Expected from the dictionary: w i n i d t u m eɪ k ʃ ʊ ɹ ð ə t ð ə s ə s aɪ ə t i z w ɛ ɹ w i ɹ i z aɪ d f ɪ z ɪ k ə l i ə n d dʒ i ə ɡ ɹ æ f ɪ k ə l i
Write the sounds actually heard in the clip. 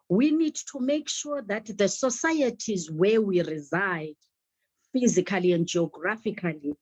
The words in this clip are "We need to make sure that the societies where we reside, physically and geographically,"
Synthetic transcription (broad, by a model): w i n i d t u m eɪ k ʃ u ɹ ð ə t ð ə s ə s aɪ ə t i z w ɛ w i ɹ i z aɪ d f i z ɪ k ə l i ə n d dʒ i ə ɡ ɹ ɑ f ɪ k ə l i